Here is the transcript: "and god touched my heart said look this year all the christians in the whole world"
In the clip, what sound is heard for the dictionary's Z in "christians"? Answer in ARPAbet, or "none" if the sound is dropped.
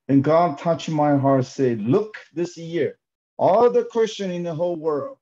none